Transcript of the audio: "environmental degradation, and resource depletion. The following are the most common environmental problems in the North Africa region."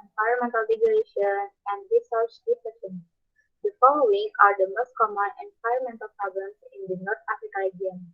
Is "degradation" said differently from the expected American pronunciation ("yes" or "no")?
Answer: yes